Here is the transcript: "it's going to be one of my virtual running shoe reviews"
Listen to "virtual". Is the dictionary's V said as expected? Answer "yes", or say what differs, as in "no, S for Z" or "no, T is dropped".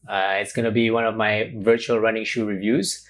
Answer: yes